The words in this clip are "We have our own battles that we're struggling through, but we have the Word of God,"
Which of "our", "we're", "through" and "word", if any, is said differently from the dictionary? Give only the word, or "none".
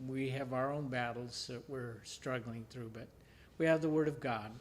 none